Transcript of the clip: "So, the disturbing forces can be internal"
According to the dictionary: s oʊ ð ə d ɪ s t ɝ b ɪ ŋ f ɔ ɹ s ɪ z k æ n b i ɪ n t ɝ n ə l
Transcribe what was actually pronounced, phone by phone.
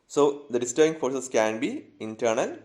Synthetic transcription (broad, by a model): s oʊ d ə d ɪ s t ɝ ɪ ŋ f ɔ ɹ s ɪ s k æ n b i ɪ n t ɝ n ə l